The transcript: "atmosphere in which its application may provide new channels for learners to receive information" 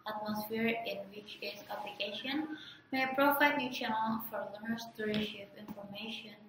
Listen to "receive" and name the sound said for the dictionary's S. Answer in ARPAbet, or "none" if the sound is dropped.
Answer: SH